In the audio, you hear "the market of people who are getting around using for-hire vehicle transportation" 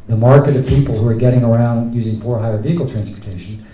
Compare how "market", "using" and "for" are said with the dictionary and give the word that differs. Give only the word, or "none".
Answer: none